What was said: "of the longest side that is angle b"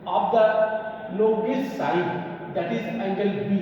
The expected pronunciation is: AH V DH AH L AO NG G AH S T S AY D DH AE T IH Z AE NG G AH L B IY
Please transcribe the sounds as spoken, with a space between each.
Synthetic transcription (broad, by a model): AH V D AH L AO G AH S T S AY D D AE T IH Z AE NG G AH L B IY